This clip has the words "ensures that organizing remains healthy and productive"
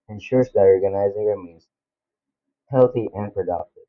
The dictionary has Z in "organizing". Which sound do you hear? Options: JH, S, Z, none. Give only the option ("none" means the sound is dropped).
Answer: Z